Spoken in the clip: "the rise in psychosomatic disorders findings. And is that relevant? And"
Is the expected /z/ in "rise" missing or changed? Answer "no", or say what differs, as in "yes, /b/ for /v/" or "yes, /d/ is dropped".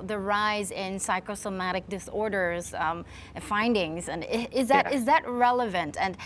no